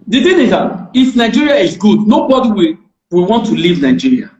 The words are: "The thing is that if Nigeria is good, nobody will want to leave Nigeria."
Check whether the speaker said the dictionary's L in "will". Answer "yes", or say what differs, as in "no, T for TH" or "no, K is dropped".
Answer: no, W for L